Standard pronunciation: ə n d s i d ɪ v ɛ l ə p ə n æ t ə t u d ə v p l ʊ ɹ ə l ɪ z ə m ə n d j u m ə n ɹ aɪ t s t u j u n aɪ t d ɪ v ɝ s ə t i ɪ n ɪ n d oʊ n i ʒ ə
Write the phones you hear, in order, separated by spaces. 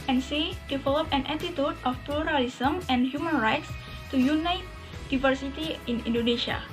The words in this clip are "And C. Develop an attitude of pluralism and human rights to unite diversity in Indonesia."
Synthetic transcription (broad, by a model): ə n s i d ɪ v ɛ l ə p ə n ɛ t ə t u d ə f p l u ɹ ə l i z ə m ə n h j u m ə n ɹ aɪ t s t u j u n aɪ t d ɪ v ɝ s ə t i ɪ n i n d oʊ n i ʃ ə